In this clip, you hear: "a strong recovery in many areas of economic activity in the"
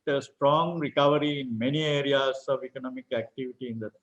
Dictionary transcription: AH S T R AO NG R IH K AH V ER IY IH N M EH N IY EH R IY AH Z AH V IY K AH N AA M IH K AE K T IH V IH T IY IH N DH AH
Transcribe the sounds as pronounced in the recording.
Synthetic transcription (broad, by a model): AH S T R AO NG R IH K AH V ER IY IH N M EH N IY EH R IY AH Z AH V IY K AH N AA M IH K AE K T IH V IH T IY IH N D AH